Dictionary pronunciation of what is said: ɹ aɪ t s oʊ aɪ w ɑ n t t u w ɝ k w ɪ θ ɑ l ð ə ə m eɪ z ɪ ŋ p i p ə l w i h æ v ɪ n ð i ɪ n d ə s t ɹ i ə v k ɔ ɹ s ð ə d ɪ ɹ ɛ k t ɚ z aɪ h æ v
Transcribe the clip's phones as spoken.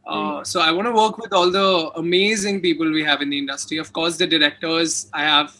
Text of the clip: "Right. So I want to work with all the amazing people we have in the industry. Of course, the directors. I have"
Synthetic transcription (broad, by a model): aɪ s oʊ aɪ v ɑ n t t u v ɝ k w ɪ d ɑ l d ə ə m eɪ z ɪ ŋ p i p ə l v i h æ v ɪ n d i ɪ n d ə s t ɹ i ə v k ɔ ɹ s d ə d ɪ ɹ ɛ k t ɚ z aɪ h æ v